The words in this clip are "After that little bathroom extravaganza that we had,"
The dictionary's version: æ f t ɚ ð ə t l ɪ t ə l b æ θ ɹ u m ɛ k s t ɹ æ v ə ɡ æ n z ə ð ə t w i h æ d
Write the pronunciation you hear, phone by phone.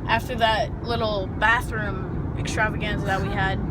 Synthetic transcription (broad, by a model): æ f t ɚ ð ə t l ɪ t l b æ θ ɹ u m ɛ k s t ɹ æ v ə ɡ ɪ n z ð ə t w i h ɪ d